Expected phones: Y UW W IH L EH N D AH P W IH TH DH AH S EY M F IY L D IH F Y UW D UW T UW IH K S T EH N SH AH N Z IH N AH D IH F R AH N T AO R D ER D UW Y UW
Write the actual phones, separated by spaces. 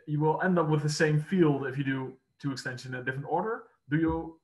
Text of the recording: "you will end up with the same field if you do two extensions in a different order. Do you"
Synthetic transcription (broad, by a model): Y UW W IH L EH N D AH P W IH DH AH S EY M F IY L D IH F Y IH D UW T UW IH K S T EH N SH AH N IH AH D IH F R AH N T AO R D ER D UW Y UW